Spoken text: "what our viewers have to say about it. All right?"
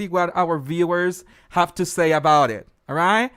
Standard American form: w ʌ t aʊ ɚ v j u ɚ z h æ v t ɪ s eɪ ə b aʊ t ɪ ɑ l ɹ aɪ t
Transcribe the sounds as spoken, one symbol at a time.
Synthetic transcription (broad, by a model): w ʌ t aʊ ɚ v j u ɚ z h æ f t ɪ s eɪ ə b aʊ t ɪ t ɹ aɪ t